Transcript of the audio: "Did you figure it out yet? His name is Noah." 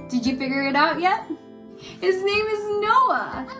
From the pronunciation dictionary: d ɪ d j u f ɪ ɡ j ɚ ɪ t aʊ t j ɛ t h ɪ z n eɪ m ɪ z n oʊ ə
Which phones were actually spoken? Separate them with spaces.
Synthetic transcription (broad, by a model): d ɪ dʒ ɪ f ɪ ɡ j ɚ ɪ t aʊ t j ɛ t h ɪ z n eɪ m ɪ z n oʊ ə